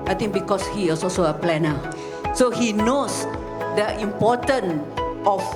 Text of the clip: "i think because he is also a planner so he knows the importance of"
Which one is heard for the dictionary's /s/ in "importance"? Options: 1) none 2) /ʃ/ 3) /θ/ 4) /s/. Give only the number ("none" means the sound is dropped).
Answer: 1